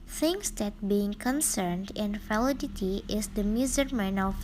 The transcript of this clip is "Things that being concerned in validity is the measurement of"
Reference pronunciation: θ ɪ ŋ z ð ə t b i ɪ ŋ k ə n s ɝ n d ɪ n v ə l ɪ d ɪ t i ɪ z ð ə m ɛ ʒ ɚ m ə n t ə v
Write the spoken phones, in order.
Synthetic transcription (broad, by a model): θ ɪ ŋ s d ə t b i ɪ ŋ k ə n s ɝ n d ɪ n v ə l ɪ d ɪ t i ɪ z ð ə m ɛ z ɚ m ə n ə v